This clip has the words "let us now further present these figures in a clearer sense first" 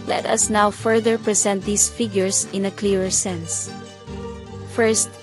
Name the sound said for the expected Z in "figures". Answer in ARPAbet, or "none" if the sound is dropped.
S